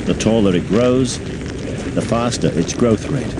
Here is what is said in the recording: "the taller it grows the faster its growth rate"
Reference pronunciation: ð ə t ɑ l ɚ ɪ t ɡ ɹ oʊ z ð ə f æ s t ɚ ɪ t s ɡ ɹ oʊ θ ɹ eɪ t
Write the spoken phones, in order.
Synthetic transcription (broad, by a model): ð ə t ɑ l ɚ ɪ t ɡ ɹ oʊ z ð ə f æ s t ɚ ɪ t s ɡ ɹ oʊ θ ɹ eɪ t